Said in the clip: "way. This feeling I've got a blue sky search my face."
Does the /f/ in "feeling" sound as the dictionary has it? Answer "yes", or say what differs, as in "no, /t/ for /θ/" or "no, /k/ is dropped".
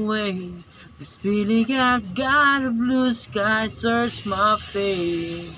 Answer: no, /p/ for /f/